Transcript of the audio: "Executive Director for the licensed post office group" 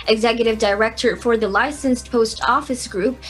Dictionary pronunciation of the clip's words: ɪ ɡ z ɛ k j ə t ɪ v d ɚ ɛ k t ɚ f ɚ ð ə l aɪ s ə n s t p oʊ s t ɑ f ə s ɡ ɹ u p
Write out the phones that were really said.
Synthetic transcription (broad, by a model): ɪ ɡ z ɛ k j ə t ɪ v d ɚ ɛ k t ɚ f ɚ ð ə l aɪ s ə n s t p oʊ s t ɑ f ə s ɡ ɹ u p